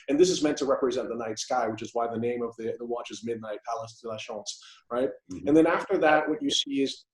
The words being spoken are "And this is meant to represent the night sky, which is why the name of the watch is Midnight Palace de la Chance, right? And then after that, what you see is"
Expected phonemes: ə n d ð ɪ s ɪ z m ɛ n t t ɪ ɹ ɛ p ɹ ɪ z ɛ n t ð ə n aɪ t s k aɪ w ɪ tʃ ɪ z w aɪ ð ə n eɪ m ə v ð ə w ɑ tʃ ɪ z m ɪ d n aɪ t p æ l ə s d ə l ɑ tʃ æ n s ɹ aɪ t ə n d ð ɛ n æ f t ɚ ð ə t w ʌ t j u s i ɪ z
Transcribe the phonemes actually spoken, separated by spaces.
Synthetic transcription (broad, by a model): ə n ð ɪ s ɪ z m ɛ n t t ɪ ɹ ɛ p ɹ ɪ z ɛ n ð ə n aɪ t s k aɪ w ɪ tʃ ɪ z w aɪ ð ə n eɪ m ə v ð ə w ɑ tʃ ɪ z m ɪ d n aɪ t p æ l ə s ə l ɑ ʃ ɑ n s ɹ aɪ t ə n ð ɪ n æ f t ɚ ð ə t w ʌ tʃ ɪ s i ɪ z